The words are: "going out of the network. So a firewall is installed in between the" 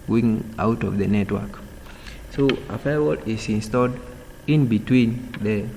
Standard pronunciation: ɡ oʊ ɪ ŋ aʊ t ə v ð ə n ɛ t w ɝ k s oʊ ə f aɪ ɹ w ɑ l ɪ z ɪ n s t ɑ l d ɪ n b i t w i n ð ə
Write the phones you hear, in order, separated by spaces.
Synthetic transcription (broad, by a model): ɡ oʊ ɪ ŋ aʊ t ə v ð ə n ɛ t w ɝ k s oʊ ə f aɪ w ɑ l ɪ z ɪ n s t ɑ l d ɪ n b i t w i n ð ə